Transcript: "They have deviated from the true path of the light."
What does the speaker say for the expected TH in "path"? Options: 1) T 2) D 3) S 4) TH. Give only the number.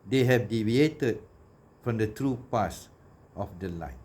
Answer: 3